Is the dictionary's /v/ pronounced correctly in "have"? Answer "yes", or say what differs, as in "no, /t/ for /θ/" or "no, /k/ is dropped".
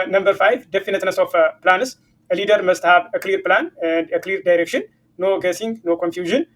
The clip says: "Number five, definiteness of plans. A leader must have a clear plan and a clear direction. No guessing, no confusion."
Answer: no, /b/ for /v/